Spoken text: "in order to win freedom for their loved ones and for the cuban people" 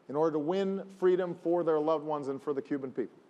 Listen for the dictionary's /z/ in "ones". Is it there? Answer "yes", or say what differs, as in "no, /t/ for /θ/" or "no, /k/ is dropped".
yes